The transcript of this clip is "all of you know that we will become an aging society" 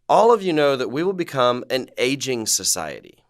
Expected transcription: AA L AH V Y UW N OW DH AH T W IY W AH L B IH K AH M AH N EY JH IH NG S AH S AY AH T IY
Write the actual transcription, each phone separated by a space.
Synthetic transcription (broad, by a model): AA L AH V Y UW N OW DH AH T W IY W AH L B IH K AH M AH N EY JH IH NG S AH S AY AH T IY